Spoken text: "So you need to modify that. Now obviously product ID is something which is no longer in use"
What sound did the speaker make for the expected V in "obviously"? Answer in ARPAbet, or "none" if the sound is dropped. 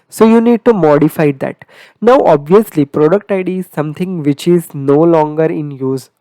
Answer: V